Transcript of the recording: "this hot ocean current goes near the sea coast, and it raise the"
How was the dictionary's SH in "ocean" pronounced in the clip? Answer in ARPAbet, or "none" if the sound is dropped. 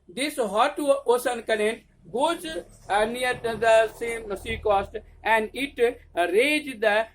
S